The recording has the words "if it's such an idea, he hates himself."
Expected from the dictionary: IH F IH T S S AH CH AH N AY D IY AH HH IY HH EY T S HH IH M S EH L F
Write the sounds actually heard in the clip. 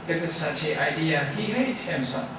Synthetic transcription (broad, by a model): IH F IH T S S AH CH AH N AY D IY AH HH IY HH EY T HH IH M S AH